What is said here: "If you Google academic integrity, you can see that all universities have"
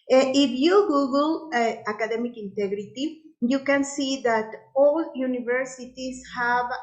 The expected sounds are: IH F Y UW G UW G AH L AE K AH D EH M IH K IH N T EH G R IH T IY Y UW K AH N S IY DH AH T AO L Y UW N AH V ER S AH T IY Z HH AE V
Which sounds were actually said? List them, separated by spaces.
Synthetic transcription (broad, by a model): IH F Y UW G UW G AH L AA K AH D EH M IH K IH N T EH G R IH T IY Y UW K AH N S IY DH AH T AO L Y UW N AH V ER S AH T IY S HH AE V